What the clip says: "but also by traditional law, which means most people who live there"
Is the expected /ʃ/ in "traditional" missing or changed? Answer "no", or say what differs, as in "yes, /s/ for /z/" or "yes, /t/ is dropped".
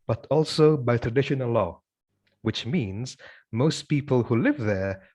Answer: no